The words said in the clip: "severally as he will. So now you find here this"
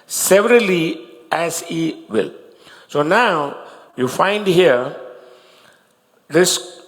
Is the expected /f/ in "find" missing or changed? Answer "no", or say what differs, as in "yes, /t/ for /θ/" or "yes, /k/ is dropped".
no